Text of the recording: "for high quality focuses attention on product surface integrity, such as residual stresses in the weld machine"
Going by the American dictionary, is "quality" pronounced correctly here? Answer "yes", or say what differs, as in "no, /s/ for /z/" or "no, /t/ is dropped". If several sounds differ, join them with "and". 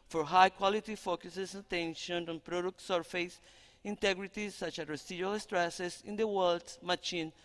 yes